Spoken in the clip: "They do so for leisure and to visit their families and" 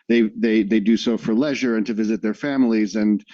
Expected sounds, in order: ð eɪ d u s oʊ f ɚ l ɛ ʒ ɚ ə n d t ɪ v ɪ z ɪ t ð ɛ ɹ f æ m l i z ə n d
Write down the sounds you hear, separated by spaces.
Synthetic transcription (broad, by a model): ð eɪ d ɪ s oʊ f ɚ l ɛ ʒ ɚ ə n t ɪ v ɪ z ɪ t ð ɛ ɹ f æ m l i z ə n